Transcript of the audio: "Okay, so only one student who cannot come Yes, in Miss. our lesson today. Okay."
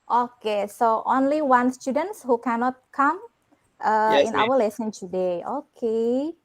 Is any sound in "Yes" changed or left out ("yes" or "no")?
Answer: yes